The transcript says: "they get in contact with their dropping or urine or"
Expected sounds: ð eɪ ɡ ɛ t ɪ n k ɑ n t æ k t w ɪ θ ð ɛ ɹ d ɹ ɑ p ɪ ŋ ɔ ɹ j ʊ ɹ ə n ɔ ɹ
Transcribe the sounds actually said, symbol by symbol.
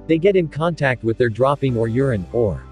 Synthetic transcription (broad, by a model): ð eɪ ɡ ɛ t ɪ n k ɑ n t æ k t w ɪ ð ɛ ɹ d ɹ ɑ p ɪ ŋ ɔ ɹ j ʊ ɹ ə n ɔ ɹ